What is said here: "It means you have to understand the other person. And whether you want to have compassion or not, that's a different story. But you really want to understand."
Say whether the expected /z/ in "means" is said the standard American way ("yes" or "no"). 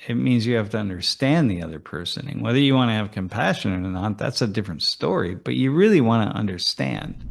yes